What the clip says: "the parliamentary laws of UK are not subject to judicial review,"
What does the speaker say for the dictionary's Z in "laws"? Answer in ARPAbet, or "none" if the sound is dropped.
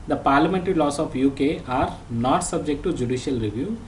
S